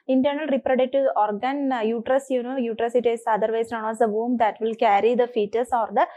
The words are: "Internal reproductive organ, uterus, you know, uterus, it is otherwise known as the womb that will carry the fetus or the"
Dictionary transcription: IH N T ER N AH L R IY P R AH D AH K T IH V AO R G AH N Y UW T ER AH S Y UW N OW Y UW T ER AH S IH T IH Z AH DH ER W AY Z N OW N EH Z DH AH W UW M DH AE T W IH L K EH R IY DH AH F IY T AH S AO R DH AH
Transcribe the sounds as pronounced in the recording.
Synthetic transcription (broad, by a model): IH N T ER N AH L R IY P R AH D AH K T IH AO R G AH N Y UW T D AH S Y UW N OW Y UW T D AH S IH T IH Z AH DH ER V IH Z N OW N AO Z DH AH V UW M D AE T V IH L K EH R IY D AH F IY T AH S AO R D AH